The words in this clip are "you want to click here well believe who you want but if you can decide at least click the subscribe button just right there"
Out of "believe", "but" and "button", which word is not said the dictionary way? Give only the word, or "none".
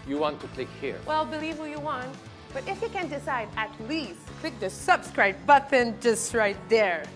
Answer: none